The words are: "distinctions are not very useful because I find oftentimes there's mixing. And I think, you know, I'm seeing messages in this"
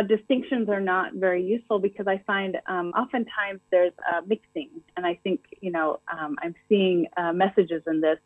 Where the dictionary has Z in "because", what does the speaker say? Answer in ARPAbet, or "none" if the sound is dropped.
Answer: Z